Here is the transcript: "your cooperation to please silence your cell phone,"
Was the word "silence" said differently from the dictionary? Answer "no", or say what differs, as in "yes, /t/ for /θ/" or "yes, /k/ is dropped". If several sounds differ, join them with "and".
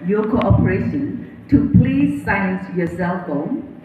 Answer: yes, /l/ is dropped